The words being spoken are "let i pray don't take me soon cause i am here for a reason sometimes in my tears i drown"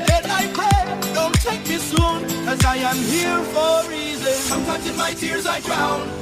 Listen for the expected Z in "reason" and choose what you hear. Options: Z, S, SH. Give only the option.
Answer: Z